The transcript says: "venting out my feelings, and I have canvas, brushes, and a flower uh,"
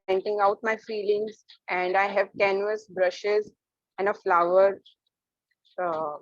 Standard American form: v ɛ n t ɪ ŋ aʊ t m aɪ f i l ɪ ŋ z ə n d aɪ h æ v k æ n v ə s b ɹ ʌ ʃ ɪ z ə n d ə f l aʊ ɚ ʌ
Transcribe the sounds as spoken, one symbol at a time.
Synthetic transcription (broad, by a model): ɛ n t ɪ ŋ aʊ t m aɪ f i l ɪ ŋ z ə n d aɪ h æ v k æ n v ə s b ɹ ʌ ʃ ɪ z ə n d ə f l aʊ ɚ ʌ